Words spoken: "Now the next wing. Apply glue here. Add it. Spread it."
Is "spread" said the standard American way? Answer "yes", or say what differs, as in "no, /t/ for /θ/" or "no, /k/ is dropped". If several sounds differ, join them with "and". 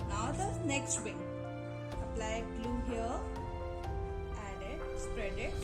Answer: yes